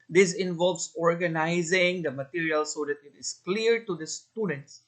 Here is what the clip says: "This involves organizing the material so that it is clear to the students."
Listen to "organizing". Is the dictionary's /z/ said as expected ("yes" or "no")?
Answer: yes